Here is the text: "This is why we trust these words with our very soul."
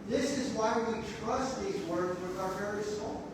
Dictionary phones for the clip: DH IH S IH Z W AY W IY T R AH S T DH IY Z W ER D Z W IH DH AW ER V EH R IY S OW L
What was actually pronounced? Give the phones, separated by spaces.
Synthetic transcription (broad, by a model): DH IH S IH Z W AY W IY T R AH S T DH IY Z W ER D Z W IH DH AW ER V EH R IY S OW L